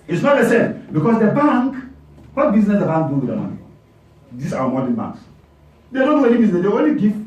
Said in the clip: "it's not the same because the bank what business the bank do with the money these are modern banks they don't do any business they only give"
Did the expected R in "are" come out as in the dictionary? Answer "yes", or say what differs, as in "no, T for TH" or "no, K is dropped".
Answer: no, W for R